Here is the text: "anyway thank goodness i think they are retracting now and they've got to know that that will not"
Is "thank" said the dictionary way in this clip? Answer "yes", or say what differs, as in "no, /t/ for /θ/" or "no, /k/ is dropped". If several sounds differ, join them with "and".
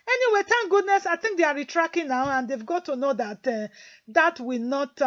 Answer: no, /t/ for /θ/